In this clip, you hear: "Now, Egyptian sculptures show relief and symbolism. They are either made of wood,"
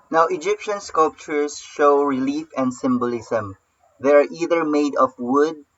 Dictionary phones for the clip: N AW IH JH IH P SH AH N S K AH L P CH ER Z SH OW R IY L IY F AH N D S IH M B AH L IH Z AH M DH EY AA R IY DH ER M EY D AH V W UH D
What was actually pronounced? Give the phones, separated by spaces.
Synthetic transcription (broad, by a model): N AW IH JH IH P SH AH N S K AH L P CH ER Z SH OW R IY L IY F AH N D S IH M B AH L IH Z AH M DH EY AA R IY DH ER M EY D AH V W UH D